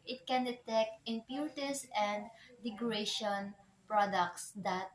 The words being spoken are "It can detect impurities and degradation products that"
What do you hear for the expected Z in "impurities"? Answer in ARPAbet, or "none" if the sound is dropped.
S